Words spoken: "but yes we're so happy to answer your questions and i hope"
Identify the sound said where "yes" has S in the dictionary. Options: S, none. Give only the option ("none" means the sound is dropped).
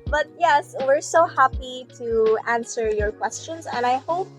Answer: S